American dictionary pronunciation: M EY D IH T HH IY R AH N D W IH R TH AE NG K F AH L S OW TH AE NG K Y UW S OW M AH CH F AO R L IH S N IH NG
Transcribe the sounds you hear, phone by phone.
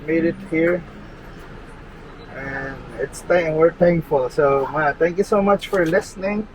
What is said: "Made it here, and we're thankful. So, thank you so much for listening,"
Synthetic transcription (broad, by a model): M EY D IH T HH IY R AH N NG W IH R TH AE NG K F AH L S OW T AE NG K Y UW S OW M AH CH F AO R L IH S N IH NG